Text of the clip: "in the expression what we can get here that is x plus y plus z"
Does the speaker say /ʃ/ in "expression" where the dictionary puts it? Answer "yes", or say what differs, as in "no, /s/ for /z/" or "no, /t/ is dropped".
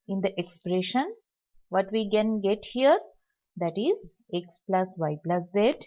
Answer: yes